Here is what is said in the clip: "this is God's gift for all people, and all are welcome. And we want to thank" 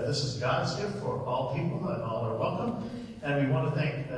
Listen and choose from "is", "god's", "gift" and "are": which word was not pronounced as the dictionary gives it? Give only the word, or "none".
none